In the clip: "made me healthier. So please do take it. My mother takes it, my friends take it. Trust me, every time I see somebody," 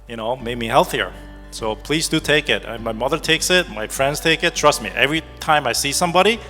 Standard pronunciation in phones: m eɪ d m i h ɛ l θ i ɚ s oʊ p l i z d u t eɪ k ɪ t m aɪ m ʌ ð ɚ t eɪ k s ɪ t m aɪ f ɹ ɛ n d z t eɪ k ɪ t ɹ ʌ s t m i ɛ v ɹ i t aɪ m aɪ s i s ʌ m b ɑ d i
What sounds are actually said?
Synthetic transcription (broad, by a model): m eɪ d m i h ɛ l θ i ɚ s oʊ p l i z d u t eɪ k ɪ t m aɪ m ʌ ð ɚ t eɪ k s ɪ t m aɪ f ɹ ɛ n d z t eɪ k ɪ t ɹ ʌ s t m i ɛ v ɹ i t aɪ m aɪ s i s ʌ m b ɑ d i